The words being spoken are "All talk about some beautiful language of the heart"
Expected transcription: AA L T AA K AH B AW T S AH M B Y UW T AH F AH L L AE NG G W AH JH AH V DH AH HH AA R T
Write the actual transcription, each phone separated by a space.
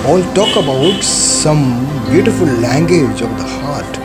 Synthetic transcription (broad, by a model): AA L T AA K AH B AW T S AH M B Y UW T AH F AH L L AE NG G W AH JH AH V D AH HH AA R T